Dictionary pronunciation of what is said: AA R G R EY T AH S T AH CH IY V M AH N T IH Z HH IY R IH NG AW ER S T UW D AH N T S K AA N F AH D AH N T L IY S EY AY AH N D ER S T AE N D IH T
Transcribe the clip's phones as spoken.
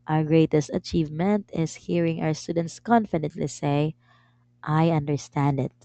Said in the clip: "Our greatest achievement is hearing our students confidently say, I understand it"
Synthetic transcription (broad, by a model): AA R G R EY T AH S T AH CH IY V M AH N T IH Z HH IY R IH NG AW ER S T UW D AH N T S K AA N F AH D AH N T L IY S EY AY AH N D ER S T AE N D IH T